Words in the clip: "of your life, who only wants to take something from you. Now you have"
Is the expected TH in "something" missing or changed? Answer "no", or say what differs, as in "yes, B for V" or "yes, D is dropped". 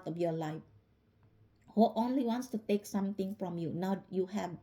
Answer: yes, T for TH